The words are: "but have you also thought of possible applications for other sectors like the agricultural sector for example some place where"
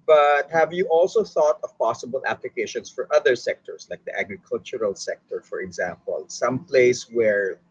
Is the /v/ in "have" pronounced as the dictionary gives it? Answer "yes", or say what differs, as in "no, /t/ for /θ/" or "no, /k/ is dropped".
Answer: yes